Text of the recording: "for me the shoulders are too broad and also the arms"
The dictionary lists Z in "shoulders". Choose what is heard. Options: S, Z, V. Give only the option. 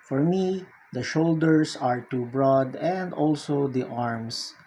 S